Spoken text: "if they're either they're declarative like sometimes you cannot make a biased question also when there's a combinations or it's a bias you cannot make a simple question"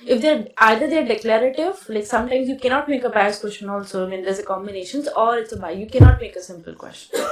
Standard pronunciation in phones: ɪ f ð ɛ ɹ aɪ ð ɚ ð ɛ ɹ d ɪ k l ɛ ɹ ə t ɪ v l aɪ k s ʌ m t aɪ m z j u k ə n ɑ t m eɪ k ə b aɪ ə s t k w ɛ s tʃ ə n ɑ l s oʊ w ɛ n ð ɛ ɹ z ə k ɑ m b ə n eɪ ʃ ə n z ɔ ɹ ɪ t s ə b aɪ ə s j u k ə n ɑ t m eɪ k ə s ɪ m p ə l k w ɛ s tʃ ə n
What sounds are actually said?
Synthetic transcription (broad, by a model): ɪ f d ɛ ɹ aɪ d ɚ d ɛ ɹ d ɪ k l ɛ ɹ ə t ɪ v l aɪ k s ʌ m t aɪ m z j u k ə n ɑ t m eɪ k ə b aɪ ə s k w ɛ s tʃ ə n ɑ l s oʊ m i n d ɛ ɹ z ə k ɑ m b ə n eɪ ʃ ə n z ɔ ɹ ɪ t s ə b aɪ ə j u k ə n ɑ t m eɪ k ə s ɪ m p ə l k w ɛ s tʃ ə n